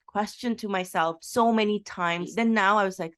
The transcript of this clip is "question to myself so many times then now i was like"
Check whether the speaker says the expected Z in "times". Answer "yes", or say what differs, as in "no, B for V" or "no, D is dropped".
yes